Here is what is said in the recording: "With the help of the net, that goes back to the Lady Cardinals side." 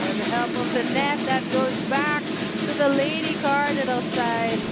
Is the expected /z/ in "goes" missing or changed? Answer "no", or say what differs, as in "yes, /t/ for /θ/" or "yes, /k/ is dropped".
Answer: no